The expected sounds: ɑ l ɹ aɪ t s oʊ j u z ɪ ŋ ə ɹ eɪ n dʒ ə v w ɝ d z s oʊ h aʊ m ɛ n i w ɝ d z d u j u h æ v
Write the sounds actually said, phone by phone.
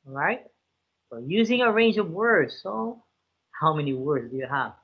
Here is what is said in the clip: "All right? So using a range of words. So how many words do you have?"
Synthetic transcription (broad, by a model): ɹ aɪ t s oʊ j u z ɪ ŋ ə ɹ eɪ n dʒ ə v w ɝ d z s oʊ h aʊ m ɛ n i w ɝ d z d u j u h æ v